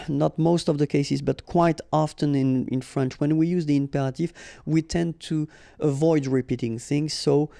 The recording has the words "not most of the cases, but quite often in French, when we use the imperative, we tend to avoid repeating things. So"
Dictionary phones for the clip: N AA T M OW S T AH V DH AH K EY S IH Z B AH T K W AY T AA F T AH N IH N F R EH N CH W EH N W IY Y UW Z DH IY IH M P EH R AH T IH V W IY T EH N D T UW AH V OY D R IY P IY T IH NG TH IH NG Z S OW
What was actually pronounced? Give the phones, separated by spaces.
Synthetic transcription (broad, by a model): N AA T M OW S T AH V DH AH K EY S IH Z B AH T K W AY T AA F T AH N IH N F R EH N CH W EH N W IY Y UW Z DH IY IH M P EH R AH T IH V W IY T EH N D T UW AH V OY D R IY P IY T IH NG TH IH NG Z S OW